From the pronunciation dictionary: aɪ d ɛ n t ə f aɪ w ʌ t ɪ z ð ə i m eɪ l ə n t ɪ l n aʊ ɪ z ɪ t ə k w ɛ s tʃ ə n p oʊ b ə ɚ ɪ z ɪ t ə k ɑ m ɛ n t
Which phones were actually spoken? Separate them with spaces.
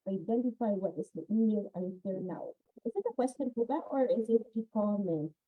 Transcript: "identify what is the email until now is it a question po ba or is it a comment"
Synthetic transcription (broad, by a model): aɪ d ɛ n t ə f aɪ w ʌ t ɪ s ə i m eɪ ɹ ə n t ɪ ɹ n aʊ ɪ z ɪ t ə k w ɛ s tʃ ə n f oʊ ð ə ɚ ɪ z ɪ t ə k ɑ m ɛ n